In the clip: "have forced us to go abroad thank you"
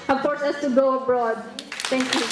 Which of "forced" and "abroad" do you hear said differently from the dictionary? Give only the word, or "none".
forced